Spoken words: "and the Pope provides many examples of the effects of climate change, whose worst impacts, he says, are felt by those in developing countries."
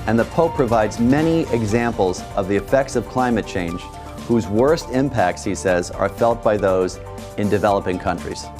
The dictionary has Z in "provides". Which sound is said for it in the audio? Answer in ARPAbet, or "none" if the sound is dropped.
Z